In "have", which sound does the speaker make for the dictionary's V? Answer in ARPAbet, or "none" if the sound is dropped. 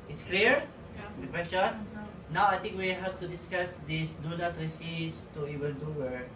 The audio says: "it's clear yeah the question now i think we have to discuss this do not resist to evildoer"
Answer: P